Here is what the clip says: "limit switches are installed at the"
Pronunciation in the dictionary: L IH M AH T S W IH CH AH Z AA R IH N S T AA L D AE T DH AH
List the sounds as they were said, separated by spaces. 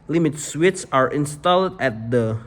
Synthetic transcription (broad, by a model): L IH M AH T S W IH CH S AA R IH N S T AA L D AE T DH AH